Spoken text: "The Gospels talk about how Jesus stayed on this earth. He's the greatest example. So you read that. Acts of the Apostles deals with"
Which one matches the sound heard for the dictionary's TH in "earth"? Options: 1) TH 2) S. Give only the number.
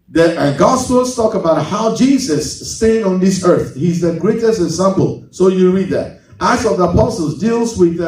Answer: 1